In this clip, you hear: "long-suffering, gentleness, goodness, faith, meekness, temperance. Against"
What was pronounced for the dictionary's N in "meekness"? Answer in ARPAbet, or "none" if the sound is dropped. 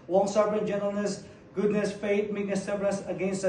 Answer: none